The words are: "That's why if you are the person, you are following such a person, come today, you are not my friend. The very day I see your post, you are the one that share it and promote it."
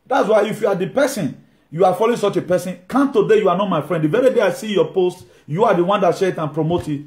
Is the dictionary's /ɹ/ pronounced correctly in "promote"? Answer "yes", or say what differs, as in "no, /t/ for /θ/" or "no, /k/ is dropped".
yes